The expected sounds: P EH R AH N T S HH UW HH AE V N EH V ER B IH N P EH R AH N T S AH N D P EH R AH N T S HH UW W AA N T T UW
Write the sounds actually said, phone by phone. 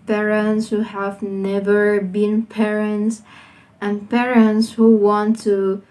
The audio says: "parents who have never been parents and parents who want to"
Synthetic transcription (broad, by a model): P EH R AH N T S HH UW HH AE V N EH V ER B IH N P EH R AH N T S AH N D P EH R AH N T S HH UW W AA N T T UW